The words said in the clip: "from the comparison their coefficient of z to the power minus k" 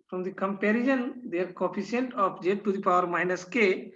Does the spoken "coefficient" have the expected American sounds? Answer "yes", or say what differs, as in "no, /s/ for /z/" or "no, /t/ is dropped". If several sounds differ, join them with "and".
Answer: no, /s/ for /ʃ/